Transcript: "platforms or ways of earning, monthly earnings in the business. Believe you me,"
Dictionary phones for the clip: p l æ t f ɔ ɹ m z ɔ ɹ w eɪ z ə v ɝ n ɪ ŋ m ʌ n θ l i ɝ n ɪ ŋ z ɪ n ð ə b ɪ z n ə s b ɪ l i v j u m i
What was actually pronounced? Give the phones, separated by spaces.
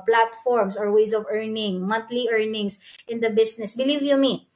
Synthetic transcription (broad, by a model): p l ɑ t f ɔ ɹ m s ɔ ɹ w eɪ s ə v ɝ n ɪ ŋ m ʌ n t l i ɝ n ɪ ŋ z ɪ n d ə b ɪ s n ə s b ɪ l i v j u m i